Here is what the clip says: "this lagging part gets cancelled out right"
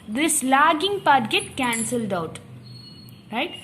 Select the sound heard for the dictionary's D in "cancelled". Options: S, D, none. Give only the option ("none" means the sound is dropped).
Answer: D